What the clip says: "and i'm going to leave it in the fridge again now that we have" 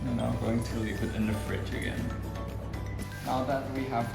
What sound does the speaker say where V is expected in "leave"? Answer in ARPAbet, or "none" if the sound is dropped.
P